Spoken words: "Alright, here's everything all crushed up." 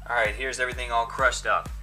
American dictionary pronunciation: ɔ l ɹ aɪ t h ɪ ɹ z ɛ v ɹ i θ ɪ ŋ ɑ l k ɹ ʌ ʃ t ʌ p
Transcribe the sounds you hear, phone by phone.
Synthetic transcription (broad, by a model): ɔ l ɹ aɪ t h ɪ ɹ z ɛ v ɹ i θ ɪ ŋ ɑ l k ɹ ʌ ʃ t ʌ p